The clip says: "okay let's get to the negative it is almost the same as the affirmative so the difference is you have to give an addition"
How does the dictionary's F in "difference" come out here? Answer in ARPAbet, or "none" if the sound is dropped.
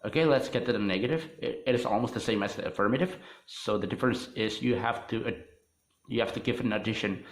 F